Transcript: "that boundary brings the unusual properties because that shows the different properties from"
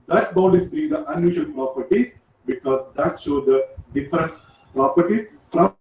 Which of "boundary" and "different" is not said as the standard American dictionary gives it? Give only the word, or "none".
boundary